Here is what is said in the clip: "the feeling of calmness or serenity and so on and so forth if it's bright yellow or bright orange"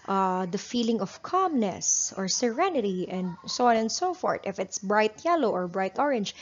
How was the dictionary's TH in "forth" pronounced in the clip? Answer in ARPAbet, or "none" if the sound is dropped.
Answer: T